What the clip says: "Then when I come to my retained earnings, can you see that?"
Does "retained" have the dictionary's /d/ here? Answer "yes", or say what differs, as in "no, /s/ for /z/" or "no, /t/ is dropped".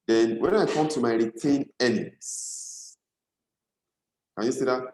no, /d/ is dropped